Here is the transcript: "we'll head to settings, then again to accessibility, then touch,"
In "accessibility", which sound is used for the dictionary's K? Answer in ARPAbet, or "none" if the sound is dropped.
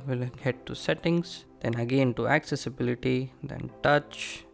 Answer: K